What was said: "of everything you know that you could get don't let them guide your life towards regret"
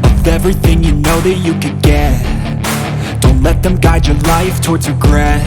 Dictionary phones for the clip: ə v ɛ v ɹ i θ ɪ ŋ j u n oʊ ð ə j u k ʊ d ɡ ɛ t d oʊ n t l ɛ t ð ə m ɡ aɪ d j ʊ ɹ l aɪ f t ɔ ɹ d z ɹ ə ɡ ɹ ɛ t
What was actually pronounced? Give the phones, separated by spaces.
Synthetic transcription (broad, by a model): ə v ɛ v ɹ i θ ɪ ŋ j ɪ n oʊ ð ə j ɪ k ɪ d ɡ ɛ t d oʊ n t l ɛ t ð ə m ɡ aɪ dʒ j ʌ ɹ l aɪ f t ɔ ɹ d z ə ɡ ɹ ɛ